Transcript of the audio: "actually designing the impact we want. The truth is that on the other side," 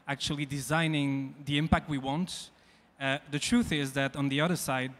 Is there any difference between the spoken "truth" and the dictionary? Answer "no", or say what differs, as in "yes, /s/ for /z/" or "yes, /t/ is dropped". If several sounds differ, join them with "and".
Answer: no